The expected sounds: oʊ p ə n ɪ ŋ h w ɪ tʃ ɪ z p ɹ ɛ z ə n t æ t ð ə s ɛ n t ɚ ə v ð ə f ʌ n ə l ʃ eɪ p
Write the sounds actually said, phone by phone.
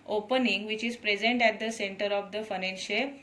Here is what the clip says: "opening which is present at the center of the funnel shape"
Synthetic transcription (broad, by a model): oʊ p ə n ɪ ŋ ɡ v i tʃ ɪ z p ɹ ɛ z ə n t æ t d ə s ɛ n t ɚ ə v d ə f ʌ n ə n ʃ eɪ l